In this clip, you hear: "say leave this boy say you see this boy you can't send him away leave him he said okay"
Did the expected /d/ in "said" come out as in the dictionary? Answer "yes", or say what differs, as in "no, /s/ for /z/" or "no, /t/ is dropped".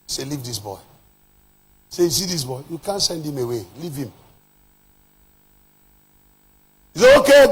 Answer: no, /d/ is dropped